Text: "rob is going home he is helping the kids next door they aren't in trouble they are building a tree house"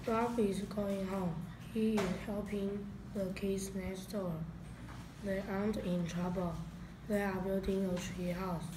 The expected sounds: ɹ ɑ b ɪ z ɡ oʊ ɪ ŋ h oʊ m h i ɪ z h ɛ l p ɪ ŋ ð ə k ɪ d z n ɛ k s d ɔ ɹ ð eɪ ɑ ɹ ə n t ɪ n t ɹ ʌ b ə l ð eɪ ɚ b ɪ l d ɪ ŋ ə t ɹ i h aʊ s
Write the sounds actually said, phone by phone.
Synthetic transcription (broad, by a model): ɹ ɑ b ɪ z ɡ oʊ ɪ ŋ h oʊ m h i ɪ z h ɛ l p ɪ ŋ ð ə k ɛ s n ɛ s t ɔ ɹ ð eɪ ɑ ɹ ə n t ɪ n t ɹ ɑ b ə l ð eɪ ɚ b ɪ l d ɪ ŋ ə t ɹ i h aʊ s